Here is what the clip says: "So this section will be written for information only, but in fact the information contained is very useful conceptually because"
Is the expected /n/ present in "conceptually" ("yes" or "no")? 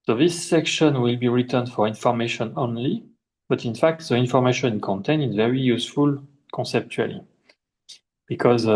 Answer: yes